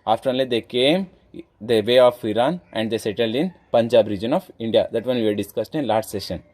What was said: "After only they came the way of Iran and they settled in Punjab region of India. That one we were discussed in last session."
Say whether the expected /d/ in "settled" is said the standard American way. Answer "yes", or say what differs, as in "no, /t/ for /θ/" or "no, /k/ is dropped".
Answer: yes